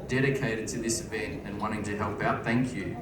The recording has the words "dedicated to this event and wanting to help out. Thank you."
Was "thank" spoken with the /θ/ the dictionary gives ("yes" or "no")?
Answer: yes